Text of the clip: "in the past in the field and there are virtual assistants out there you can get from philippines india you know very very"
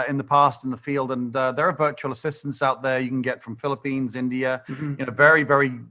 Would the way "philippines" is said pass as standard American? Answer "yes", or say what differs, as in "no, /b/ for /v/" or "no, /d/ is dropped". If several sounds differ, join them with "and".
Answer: yes